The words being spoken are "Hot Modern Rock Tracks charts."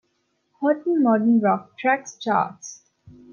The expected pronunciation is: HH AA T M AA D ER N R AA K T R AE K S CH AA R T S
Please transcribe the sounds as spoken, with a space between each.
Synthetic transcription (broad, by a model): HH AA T M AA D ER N R AA K T R AE K S CH AA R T S